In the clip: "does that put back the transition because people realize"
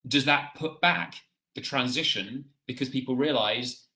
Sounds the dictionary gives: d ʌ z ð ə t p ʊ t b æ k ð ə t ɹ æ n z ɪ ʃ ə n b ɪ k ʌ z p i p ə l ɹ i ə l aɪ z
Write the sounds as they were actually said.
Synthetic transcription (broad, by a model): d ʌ z ð ə t p ʊ t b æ k ð ə t ɹ æ n z ɪ ʃ ə n b ɪ k ʌ z p i p ə l ɹ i ə l aɪ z